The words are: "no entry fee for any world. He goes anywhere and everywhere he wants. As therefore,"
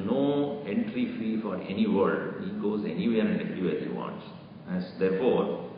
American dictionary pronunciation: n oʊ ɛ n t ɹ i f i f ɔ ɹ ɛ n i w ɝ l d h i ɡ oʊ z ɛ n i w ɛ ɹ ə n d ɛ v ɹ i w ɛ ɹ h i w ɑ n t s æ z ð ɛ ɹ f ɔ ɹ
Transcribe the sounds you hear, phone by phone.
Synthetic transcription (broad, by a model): n oʊ ɛ n t ɹ i f i f ɔ ɹ ɛ n i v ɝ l d h i ɡ oʊ z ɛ n i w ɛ ɹ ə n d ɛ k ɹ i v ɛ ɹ h i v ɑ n t s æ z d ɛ ɹ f ɔ ɹ